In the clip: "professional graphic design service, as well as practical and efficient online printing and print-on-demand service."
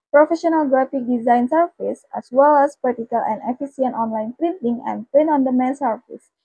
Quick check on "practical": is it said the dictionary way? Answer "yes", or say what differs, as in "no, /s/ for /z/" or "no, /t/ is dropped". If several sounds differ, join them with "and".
no, /ɹ/ is dropped